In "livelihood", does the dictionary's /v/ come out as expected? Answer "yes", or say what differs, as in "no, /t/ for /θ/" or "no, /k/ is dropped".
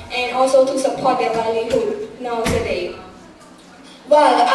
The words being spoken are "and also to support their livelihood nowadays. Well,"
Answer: no, /v/ is dropped